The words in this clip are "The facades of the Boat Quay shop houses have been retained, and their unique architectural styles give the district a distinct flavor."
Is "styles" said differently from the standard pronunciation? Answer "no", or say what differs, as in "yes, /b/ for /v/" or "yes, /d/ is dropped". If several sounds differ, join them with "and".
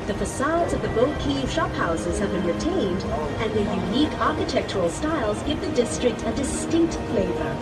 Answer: no